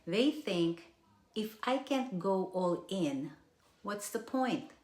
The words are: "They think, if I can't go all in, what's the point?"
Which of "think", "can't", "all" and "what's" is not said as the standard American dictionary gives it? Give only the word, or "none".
none